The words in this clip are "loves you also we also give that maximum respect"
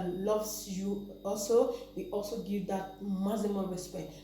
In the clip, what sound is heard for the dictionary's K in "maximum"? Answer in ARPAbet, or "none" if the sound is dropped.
none